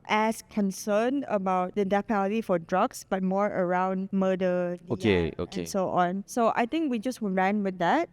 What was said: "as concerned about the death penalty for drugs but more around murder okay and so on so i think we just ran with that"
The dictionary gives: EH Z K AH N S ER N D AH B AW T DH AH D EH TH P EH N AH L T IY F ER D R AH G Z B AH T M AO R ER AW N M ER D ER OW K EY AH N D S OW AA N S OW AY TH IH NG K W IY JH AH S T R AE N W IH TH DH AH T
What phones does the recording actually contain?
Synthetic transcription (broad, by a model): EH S K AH N S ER N AH B AW T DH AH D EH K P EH L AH T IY F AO D R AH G S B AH T M AO R ER AW N M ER D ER OW K EY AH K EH S OW AA N S OW AY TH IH NG K W IY JH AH S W R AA N W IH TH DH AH T